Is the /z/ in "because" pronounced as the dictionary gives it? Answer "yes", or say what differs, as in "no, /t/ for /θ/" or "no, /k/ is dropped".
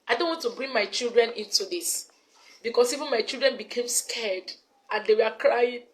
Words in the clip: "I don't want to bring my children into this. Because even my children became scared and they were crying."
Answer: no, /s/ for /z/